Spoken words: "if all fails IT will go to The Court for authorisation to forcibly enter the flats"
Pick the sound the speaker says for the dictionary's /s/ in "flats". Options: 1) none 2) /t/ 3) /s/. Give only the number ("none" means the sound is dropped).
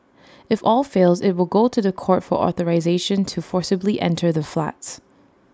3